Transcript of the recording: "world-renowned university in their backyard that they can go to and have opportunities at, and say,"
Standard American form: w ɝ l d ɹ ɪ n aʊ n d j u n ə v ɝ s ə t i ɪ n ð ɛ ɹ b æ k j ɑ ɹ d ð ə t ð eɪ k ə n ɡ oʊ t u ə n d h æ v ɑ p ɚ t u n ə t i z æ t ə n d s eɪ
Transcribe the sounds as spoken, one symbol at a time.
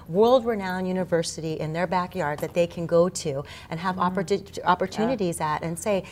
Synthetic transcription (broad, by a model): w ɝ l d ɹ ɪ n aʊ n j u n ə v ɝ s ə t i ɪ n ð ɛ ɹ b æ k j ɑ ɹ d ð ə t ð eɪ k ə n ɡ oʊ t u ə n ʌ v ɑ p ɑ p ɚ t u n ə t i z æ t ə n s eɪ